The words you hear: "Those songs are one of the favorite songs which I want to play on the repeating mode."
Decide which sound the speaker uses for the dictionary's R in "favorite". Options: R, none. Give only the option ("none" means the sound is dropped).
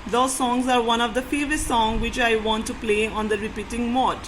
none